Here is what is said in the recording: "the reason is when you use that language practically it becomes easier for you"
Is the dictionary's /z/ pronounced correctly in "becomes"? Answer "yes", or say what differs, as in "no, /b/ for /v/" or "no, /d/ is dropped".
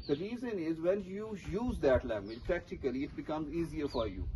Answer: yes